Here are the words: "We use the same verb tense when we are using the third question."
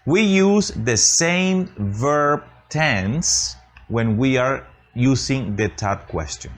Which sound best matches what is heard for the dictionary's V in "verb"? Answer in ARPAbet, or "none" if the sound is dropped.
V